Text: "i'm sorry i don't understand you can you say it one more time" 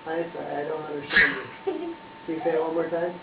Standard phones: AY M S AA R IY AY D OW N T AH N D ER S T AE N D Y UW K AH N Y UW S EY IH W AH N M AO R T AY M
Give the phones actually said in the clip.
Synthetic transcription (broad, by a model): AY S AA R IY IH D OW N T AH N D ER S T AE N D Y UW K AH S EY IH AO L M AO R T AY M